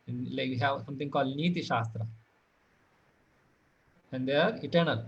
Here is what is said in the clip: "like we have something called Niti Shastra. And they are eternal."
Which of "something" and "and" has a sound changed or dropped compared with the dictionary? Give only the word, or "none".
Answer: something